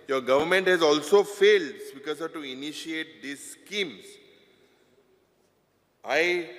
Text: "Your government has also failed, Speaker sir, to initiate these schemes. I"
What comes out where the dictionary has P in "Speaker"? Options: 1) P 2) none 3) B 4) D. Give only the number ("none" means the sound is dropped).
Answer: 3